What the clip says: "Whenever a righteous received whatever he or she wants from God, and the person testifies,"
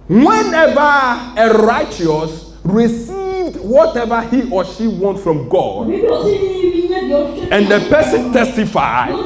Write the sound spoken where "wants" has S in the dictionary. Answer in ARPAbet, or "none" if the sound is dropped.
none